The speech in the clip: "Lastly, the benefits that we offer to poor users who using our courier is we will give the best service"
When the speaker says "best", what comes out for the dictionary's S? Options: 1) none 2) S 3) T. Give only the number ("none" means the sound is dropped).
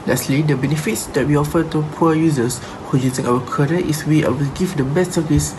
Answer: 2